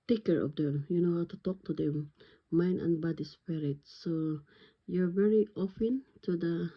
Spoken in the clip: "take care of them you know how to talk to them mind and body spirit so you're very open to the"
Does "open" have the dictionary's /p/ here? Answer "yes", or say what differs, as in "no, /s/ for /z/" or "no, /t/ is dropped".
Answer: no, /f/ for /p/